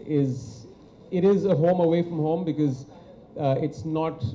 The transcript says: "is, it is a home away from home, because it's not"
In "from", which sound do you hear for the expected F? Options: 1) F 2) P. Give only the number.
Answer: 1